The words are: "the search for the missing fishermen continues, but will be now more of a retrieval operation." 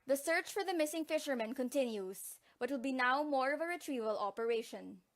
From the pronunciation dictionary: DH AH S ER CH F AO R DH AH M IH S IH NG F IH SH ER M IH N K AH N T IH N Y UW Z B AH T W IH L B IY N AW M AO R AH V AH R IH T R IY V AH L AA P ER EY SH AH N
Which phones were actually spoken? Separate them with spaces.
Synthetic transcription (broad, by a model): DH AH S ER CH F AO R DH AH M IH S IH NG F IH SH ER M IH N K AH N T IH N Y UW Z B AH T W IH L B IY N AW M AO R AH V AH R IH T R IY V AH L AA P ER EY SH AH N